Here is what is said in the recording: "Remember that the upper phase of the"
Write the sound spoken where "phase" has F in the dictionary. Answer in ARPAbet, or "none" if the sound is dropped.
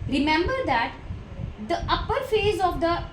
F